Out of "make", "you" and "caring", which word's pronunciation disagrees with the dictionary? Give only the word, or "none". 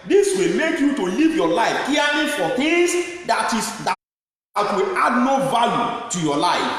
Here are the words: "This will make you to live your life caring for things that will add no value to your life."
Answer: caring